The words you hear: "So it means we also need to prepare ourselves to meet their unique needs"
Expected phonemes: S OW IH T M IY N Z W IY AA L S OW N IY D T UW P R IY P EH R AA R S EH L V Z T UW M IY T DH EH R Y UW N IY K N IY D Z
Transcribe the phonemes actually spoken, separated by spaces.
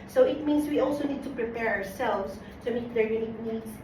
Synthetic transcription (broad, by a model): S OW IH T M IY N S W IY AA L S OW N IY D T UW P R IY P EH R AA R S EH L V S T UW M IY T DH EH R Y UW N IY K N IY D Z